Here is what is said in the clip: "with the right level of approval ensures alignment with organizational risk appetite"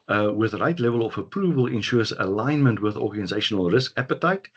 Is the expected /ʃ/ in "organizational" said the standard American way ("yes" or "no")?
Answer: yes